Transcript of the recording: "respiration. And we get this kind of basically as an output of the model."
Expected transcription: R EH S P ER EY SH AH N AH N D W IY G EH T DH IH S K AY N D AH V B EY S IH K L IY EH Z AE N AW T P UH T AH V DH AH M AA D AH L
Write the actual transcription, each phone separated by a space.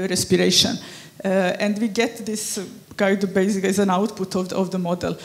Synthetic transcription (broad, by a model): R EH S P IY EY SH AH N AH N D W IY G EH T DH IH S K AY D B EY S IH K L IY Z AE N AW T P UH T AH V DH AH M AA D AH L